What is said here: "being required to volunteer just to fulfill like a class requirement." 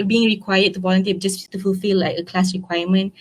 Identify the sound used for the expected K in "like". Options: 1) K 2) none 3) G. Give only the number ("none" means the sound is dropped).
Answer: 2